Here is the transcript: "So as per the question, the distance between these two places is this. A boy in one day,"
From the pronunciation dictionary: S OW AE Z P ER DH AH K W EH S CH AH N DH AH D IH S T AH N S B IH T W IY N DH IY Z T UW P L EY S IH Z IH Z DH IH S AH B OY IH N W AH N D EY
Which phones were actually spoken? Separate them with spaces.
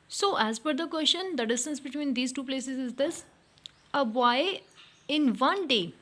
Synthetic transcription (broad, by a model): S OW AE Z F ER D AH K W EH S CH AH N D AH D IH S T AH N S B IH T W IY N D IY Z T UW P L EY S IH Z IH Z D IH S AH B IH IH N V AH N D EY